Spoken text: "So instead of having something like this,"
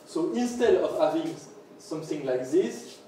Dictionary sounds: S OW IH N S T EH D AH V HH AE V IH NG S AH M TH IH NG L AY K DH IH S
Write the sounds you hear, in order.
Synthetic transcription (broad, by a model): S OW IH N S T EH D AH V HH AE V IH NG S AH M TH IH NG L AY K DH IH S